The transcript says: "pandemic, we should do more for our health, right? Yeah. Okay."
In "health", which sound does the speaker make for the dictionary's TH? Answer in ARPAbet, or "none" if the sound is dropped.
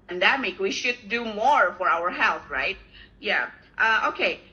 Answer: TH